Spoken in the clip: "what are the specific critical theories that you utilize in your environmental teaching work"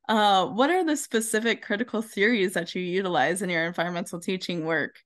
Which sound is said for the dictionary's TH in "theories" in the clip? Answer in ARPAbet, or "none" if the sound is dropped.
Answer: TH